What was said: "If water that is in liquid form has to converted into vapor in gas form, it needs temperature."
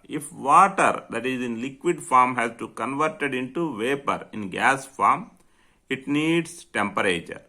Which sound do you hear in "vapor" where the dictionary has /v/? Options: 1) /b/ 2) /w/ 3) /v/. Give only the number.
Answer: 3